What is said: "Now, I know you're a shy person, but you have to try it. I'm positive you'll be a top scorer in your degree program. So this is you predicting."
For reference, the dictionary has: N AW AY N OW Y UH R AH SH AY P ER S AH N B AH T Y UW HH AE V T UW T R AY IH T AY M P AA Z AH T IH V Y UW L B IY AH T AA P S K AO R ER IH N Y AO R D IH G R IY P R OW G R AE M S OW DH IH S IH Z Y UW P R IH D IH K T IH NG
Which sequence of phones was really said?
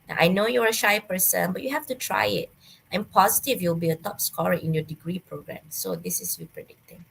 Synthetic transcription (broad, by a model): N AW AY N OW Y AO R AH SH AY P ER S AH N B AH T Y UW HH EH F T UW T R AY IH T AY M P AA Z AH T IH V Y UW L B IY AH T AA P S K AO R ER IH N Y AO D IH G R IY P R OW G R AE M S OW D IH S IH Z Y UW P R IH D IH K T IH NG